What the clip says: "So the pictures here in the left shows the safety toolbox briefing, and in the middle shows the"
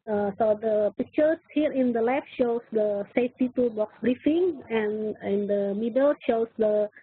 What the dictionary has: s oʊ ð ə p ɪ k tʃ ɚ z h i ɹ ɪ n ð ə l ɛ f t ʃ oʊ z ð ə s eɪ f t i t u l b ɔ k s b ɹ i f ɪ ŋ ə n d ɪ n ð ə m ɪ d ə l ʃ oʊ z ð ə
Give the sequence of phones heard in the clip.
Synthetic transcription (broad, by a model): s oʊ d ə p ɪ k tʃ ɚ s h i ɹ ɪ n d ə l ɛ f t ʃ oʊ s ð ə s eɪ f t i t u b ɔ k s b ɹ i f ɪ ŋ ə n ɪ n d ə m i d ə l ʃ oʊ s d ə